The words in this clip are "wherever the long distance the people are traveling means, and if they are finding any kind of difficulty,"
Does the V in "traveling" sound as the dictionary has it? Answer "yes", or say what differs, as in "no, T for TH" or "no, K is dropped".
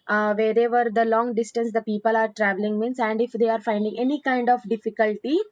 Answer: yes